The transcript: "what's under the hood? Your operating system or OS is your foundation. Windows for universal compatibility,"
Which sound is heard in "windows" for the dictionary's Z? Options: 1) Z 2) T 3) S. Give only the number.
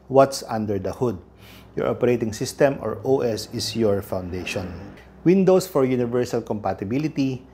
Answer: 3